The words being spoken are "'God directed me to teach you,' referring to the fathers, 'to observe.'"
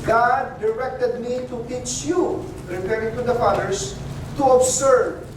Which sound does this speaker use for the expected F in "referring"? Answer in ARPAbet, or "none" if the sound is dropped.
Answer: P